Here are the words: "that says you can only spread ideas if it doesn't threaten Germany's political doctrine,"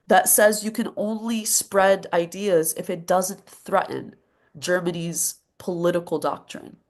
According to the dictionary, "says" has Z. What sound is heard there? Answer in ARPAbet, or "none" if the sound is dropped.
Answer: Z